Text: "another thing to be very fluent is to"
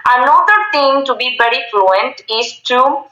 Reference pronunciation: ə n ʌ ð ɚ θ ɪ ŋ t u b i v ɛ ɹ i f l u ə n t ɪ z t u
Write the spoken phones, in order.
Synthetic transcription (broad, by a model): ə n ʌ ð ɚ t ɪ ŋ t u b i v ɛ ɹ i f l u ə n t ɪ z t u